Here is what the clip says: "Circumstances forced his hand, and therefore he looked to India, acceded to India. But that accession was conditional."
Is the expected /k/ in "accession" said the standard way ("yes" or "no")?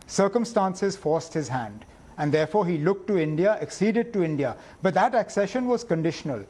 yes